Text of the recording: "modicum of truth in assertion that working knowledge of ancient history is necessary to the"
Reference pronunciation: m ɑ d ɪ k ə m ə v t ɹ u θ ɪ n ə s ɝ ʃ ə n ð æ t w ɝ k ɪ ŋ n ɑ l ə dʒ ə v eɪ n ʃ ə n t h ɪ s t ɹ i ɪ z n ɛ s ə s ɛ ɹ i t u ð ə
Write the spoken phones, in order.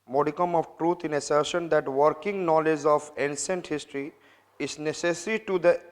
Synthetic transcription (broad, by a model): m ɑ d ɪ k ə m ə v t ɹ u t ɪ n ə s ɝ ʃ ə n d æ t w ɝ k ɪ ŋ n ɑ l ə dʒ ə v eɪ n s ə n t h ɪ s t ɹ i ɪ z n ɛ s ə s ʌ ɹ i t u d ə